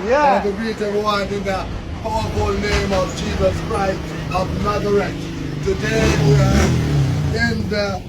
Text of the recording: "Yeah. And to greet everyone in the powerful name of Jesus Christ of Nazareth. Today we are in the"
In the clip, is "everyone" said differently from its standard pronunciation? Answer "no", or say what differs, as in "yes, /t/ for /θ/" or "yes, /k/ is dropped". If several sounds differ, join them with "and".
yes, /v/ is dropped